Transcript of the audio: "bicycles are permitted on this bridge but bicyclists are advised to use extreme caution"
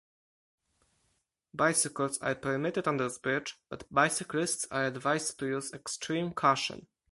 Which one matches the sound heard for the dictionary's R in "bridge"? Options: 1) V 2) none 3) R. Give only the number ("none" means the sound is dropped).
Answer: 2